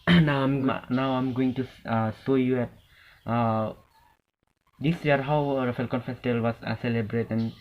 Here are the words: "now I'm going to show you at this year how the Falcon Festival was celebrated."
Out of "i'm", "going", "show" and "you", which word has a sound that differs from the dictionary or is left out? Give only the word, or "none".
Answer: show